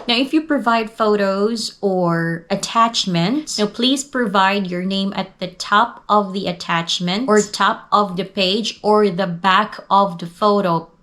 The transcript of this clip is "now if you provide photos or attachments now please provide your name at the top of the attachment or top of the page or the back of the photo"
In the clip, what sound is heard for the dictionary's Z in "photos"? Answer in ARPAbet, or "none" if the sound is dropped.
Z